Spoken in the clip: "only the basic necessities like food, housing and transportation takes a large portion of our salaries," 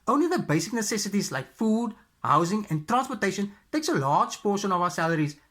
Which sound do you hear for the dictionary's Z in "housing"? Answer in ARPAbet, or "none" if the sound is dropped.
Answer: Z